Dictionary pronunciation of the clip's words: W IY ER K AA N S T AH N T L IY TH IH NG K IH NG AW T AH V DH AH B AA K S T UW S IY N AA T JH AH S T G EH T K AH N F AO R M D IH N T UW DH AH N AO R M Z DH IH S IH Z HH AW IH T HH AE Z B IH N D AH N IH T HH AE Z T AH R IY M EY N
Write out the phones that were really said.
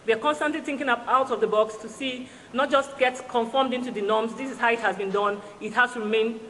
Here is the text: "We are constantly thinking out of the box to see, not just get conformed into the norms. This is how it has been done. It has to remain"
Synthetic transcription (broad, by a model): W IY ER K AA N S T AH N T L IY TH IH NG K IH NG AW T AH V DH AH B AA K S T UW S IY N AA T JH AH S T G EH T K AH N F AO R M D IH N T UW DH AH N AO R M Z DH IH S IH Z HH AW IH T HH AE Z B IH N D AH N IH T HH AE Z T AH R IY M EY N